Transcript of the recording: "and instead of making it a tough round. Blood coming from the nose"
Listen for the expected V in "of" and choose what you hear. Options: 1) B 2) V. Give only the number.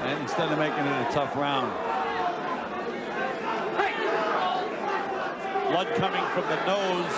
2